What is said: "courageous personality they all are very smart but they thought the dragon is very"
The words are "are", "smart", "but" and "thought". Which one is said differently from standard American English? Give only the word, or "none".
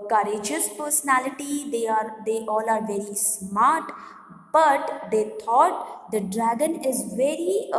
thought